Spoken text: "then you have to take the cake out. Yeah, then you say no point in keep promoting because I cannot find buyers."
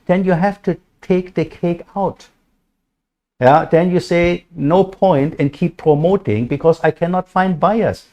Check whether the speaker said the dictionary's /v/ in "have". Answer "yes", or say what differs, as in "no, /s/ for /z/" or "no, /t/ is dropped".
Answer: no, /f/ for /v/